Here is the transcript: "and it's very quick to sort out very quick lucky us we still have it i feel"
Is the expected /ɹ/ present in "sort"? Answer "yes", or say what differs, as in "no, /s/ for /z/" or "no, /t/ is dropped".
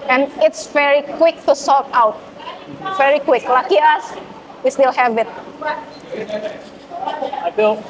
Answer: no, /l/ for /ɹ/